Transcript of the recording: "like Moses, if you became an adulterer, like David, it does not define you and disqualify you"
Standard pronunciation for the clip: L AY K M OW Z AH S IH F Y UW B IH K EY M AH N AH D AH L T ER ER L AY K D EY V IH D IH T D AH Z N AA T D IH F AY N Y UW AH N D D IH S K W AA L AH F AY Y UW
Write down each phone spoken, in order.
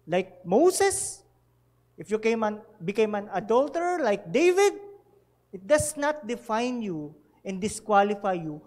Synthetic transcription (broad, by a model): L AY K M OW S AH S IH F Y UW B IH K EY M AH N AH D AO L T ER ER L AY K D EY V IH D IH T D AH S N AA T D IH F AY N Y UW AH N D D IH S K W AA L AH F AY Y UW